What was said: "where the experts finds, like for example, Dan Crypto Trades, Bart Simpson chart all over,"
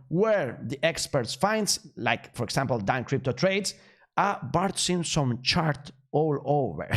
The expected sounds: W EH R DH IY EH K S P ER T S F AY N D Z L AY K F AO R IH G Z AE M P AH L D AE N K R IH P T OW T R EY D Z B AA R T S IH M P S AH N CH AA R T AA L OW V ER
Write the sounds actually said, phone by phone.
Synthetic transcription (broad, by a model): W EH R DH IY EH K S P ER T S F AY N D S L AY K F AO R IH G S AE M P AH L D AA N K R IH P T OW T R EY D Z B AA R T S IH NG S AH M CH AA R T AA L OW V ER